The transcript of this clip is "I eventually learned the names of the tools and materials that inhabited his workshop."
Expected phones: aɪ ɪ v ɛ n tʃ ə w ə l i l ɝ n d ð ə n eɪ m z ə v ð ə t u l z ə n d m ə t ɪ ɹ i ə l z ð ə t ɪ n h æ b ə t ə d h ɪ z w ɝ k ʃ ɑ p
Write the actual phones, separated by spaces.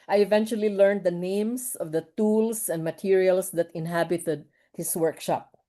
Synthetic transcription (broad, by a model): aɪ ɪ v ɛ n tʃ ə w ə l i l ɝ n d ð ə n eɪ m s ə v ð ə t u l s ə n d m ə t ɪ ɹ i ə l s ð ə t ɪ n h æ b ə t ə d h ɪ s w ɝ k ʃ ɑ p